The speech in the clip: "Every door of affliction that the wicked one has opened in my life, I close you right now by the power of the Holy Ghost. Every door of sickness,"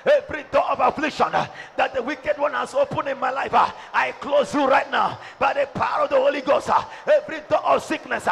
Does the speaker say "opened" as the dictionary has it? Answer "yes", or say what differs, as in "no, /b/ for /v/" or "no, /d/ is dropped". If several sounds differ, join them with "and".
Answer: no, /d/ is dropped